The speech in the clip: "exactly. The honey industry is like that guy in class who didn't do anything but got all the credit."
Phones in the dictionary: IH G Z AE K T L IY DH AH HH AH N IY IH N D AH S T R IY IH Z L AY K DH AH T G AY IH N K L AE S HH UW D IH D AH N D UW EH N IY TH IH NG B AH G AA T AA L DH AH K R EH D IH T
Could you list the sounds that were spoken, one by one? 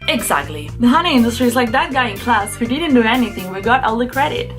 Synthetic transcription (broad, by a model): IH G Z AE K T L IY DH AH HH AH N IY IH N D AH S T R IY IH Z L AY K DH AH T G AY IH N K L AE S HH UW D IH D N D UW EH N IY TH IH NG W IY G AA T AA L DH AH K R EH D IH T